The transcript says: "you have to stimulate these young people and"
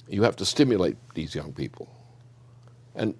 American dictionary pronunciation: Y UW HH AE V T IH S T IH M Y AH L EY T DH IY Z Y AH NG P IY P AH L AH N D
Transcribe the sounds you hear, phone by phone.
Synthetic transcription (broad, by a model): Y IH HH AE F T IH S T IH M Y AH L EY T DH IY Z Y AH NG P IY P L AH N